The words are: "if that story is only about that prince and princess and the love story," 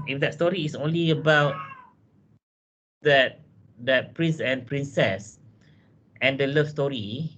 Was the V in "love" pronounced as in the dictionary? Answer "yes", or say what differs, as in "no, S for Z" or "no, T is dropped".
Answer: no, F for V